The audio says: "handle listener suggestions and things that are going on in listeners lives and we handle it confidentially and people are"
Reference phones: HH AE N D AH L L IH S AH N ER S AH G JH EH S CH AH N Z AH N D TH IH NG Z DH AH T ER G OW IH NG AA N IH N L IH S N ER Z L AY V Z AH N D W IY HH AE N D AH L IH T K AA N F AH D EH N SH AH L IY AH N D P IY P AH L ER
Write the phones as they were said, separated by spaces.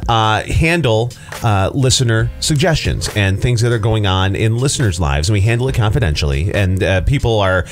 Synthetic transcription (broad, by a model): HH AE N D L L IH S AH N ER S AH G JH EH S CH AH N Z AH N TH IH NG Z DH AH T ER G OW IH NG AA N IH N L IH S N ER Z L AY V Z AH N W IY HH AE N D L IH T K AA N F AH D EH N SH L IY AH N P IY P L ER